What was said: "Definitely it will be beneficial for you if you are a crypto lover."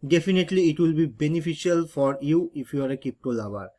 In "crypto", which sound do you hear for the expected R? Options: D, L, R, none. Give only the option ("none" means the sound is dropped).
none